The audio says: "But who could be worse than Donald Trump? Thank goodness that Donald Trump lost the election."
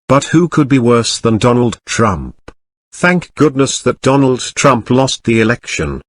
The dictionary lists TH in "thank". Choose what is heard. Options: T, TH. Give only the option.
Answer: TH